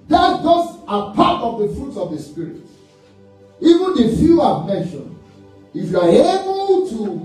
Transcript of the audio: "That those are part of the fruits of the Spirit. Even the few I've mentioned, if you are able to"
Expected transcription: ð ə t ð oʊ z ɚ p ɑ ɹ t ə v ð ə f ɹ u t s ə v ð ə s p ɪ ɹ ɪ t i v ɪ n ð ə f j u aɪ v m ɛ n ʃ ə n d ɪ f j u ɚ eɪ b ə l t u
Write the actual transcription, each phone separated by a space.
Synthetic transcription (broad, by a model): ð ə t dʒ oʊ s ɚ p ɑ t ə v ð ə f ɹ u t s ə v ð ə s p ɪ ɹ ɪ t i v ɪ n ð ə f j u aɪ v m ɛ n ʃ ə n ɪ f j u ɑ eɪ b ə l t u